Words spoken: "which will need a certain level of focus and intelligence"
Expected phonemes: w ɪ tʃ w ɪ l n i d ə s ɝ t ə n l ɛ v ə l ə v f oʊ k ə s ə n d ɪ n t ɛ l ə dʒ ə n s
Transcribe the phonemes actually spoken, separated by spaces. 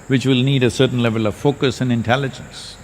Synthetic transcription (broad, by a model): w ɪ tʃ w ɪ l n i d ə s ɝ t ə n l ɛ v ə l ə v f oʊ k ə s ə n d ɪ n t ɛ l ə dʒ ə n s